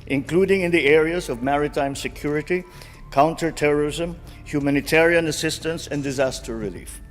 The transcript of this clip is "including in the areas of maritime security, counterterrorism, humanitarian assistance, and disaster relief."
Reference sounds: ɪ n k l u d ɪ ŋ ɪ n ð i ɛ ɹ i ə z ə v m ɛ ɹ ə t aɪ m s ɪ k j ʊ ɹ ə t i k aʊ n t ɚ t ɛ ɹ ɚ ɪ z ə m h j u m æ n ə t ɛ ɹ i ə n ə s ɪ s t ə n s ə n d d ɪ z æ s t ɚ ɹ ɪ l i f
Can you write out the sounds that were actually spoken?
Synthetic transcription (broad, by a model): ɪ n k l u d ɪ ŋ ɪ n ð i ɛ ɹ i ə z ə v m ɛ ɹ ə t aɪ m s ɪ k j ʊ ɹ ə t i k aʊ n t ɚ t ɛ ɹ ɚ ɪ z ə m h j u m æ n ə t ɛ ɹ i ə n ə s ɪ s t ə n s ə n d d ɪ z æ s t ɚ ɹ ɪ l i f